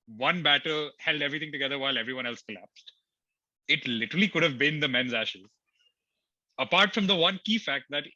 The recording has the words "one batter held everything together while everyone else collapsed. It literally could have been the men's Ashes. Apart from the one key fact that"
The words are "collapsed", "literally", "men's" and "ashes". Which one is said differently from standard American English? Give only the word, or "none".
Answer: none